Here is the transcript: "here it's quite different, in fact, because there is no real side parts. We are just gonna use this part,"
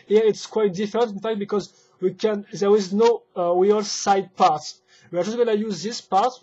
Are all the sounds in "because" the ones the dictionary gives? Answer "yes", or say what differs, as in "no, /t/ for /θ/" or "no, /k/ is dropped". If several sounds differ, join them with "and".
yes